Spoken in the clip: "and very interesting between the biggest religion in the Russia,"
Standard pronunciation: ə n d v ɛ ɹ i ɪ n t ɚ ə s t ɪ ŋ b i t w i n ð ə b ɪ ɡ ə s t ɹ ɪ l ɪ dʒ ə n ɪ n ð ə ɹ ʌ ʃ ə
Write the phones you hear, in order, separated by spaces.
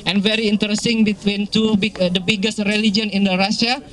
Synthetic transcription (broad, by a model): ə n v ɛ ɹ i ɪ n t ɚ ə s t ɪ ŋ b i t w i n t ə b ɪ ɡ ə s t ɹ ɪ l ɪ dʒ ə n ɪ n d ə ɹ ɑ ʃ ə